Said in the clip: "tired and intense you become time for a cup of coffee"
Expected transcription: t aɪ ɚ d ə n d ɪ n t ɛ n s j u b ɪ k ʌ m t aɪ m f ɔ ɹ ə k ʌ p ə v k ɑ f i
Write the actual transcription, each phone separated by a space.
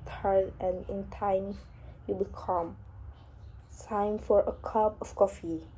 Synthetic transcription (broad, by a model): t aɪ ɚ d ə n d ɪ n t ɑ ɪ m j u b ɪ k ʌ m s aɪ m f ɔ ɹ ə k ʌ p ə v k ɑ f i